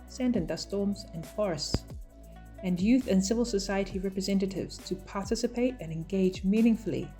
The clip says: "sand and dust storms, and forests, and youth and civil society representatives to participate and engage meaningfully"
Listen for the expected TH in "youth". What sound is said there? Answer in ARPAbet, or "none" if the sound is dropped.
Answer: TH